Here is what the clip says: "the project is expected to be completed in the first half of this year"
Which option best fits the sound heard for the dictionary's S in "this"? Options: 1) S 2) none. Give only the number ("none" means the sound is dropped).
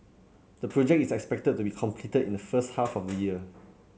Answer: 2